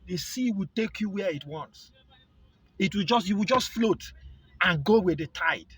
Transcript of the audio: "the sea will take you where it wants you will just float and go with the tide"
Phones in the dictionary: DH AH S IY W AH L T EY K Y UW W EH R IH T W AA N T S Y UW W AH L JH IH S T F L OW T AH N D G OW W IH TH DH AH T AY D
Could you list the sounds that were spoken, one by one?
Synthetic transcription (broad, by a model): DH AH S IY W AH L T EY K Y UW W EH IH T W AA N T S Y UW W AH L JH IH S T F L OW T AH N G OW W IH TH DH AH T AY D